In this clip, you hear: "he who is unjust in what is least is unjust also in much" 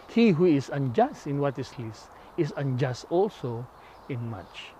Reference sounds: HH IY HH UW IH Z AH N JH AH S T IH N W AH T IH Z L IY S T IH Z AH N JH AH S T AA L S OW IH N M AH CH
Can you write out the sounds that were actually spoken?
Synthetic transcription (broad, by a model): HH IY HH UW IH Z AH N JH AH S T IH N W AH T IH S L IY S IH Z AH N JH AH S T AA L S OW IH N M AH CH